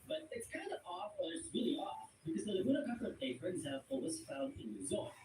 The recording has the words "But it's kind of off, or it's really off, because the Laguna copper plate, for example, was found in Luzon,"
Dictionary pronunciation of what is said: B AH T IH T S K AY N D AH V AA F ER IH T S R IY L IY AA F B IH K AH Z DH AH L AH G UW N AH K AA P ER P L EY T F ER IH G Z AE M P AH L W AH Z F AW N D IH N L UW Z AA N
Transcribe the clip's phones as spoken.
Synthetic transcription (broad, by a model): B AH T IH T S K AY N D AH V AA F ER IH T S R IY L IY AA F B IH K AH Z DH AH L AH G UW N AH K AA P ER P EY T F ER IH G Z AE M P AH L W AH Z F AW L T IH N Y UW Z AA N